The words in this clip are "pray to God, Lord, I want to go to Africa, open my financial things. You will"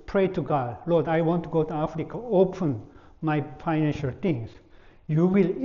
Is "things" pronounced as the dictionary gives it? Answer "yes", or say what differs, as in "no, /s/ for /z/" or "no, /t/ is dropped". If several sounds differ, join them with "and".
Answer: no, /t/ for /θ/